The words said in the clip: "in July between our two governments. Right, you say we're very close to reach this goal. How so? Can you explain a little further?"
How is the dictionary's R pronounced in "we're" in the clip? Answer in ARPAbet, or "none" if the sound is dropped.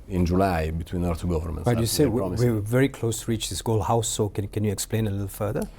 W